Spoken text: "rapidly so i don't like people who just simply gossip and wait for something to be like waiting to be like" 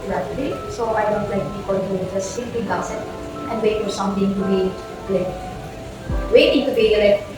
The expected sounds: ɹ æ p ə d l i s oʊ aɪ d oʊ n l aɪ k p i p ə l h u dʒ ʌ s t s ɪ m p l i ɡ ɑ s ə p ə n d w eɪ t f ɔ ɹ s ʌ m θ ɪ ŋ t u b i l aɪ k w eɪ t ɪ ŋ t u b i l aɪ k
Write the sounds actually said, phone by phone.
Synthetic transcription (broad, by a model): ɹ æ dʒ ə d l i s oʊ aɪ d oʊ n l aɪ k b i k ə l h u dʒ ʌ s t s ɪ m p l i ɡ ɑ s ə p ə n d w eɪ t f ɔ ɹ s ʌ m t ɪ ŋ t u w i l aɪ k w eɪ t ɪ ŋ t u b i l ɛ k